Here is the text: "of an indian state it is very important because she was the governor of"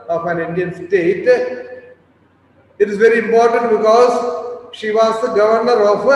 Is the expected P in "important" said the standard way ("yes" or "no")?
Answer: yes